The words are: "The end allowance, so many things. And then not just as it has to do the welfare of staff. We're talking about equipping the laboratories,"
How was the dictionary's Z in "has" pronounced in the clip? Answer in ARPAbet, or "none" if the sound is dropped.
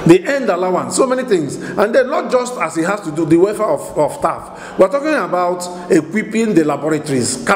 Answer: S